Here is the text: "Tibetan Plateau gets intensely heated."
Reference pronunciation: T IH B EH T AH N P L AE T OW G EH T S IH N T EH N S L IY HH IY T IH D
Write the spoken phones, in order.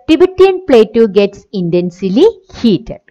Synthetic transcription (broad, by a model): T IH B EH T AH N P L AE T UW G EH T S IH N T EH N S L IY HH IY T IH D